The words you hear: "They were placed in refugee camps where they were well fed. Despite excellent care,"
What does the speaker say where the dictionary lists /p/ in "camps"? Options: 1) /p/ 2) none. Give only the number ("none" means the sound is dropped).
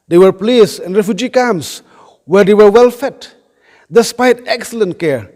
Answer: 2